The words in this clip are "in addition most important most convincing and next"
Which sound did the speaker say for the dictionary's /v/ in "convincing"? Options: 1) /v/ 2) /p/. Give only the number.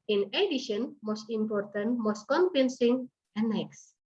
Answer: 2